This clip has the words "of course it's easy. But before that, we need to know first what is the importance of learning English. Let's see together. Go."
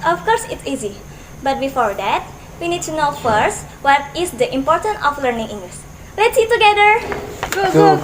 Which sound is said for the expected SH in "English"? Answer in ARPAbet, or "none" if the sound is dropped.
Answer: S